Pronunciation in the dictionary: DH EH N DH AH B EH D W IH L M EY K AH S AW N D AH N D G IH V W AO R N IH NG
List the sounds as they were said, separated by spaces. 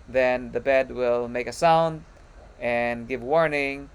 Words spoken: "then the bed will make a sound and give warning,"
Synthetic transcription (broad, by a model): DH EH N DH AH B EH D W IH L M EY K AH S AW N D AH N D G IH V W AO R N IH NG